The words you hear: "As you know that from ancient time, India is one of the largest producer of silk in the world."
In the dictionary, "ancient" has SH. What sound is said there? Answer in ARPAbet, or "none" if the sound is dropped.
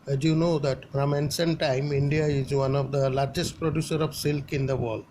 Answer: S